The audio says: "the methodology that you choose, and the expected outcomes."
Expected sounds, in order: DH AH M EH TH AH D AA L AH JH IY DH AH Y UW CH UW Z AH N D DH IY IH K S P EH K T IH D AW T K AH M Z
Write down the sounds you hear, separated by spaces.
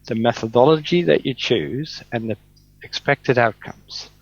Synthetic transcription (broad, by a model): DH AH M EH TH AH D AA L AH JH IY DH AH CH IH CH UW Z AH N DH IY IH K S P EH K T IH D AW T K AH M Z